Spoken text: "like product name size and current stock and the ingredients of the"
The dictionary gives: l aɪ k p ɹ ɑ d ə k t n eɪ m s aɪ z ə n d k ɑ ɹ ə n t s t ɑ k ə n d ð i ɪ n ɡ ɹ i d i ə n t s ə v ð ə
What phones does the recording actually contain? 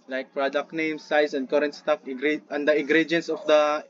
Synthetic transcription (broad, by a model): l aɪ k p ɹ ɑ d ə k t n eɪ m s aɪ s ə n d k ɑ ɹ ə n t s t ɑ k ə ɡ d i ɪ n ɡ ɹ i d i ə n s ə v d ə